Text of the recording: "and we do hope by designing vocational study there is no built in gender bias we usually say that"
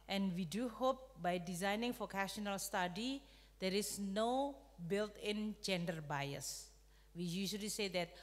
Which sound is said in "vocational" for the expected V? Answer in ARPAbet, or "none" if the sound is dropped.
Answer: F